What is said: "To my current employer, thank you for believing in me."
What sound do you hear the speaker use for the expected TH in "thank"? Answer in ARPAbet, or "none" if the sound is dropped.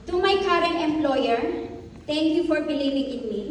T